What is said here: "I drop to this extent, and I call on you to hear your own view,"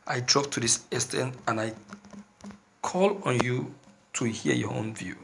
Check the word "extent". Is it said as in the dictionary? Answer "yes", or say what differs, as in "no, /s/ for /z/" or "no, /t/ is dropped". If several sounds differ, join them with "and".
no, /k/ is dropped